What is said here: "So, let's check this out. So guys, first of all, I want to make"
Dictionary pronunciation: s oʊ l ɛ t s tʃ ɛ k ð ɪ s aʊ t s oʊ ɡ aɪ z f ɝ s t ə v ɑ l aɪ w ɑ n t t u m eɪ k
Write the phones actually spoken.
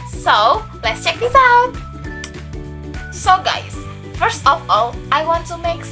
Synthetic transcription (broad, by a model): s oʊ l ɛ t s tʃ ɛ k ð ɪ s aʊ t s oʊ ɡ aɪ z f ɝ s t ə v ɑ l aɪ w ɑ n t t u m eɪ k